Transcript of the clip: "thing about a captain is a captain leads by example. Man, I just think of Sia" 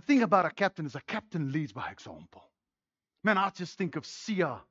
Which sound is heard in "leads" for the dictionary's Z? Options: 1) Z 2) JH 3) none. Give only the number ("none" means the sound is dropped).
1